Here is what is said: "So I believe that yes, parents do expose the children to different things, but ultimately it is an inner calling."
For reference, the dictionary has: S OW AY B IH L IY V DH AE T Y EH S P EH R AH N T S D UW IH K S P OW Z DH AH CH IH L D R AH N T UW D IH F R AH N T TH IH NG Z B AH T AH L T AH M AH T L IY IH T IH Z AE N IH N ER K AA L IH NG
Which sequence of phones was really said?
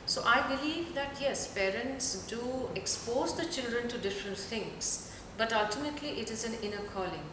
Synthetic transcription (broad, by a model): S OW AY B IH L IY V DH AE T Y EH S P EH R AH N T S D UW IH K S P OW Z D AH CH IH L D R AH N T UW D IH F R AH N T T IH NG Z B AH T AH L T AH M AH T L IY IH T IH Z AE N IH N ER K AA L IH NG